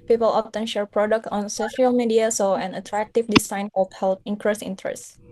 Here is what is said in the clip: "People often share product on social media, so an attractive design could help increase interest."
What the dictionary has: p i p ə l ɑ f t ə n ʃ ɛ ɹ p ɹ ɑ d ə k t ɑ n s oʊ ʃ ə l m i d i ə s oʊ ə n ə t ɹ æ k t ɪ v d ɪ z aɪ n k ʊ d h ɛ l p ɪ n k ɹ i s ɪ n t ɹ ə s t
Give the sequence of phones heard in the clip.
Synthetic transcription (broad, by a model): p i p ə l ɑ f t ə n ʃ ɛ ɹ p ɹ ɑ d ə k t ɑ n s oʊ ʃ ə l m i d i ə s oʊ ə n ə t ɹ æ k t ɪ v d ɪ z aɪ n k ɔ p h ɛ l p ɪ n k ɹ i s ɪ n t ɹ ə s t